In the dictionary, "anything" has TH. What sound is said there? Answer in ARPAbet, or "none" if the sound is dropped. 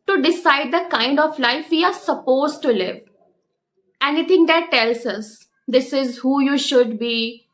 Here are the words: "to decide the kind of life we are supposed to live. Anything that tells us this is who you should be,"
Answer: T